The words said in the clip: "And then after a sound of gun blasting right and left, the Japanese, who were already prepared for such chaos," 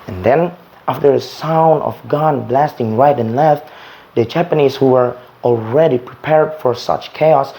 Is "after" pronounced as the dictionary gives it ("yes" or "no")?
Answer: yes